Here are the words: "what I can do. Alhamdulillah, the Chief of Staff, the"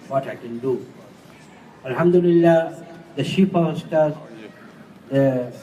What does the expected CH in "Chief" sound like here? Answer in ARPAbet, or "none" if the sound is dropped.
SH